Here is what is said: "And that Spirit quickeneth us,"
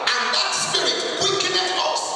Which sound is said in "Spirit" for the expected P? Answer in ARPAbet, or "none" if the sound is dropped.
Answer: none